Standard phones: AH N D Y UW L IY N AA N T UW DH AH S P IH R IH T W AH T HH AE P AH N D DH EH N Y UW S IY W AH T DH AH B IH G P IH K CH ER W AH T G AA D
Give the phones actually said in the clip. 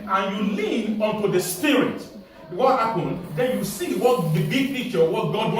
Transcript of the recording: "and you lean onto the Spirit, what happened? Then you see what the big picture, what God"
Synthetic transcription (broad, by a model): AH N Y UW L IY N AA N T UW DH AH S P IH R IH T W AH T HH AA P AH N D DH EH N Y UW S IY W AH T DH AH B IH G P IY CH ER W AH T G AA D